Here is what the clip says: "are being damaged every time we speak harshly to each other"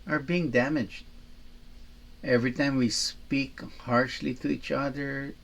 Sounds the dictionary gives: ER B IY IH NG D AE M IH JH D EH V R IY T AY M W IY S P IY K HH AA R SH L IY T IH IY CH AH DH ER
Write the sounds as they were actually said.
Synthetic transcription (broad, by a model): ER B IY IH NG D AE M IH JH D EH V R IY T AY M W IY S P IY K HH AA R SH L IY T IH IY CH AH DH ER